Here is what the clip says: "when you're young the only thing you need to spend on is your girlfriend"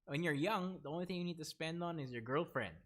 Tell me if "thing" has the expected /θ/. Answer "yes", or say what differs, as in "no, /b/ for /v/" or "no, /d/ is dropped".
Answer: yes